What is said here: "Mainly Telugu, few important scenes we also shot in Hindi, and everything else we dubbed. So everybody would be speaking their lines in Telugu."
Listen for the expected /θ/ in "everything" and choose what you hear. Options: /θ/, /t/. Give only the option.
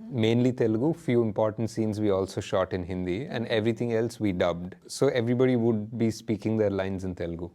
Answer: /t/